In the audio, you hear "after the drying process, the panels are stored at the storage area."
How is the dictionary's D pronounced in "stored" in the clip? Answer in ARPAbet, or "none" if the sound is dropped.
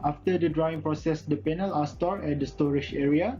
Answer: none